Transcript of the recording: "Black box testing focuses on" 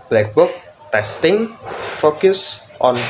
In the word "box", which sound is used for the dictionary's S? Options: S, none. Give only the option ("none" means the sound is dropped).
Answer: none